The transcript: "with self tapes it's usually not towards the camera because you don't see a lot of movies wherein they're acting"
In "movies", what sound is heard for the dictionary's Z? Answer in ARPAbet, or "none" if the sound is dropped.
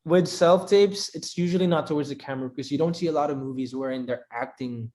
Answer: Z